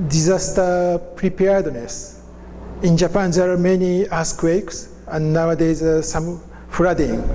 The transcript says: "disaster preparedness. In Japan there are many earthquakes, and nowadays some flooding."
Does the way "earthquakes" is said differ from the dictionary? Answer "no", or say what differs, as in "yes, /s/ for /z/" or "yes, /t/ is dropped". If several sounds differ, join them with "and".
yes, /s/ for /θ/